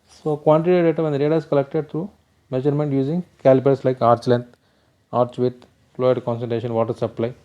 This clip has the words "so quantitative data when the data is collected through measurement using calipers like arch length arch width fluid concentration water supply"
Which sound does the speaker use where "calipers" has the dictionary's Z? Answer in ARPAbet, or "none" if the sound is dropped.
S